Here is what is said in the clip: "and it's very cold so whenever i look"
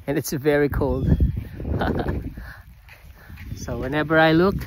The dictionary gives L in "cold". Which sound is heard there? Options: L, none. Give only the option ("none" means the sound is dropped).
L